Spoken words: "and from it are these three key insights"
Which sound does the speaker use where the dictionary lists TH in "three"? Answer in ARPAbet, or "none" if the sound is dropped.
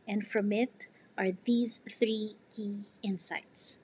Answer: TH